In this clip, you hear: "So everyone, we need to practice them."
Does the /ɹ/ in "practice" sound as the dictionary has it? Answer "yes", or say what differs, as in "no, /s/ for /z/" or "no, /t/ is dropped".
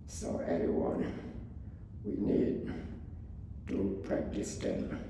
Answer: yes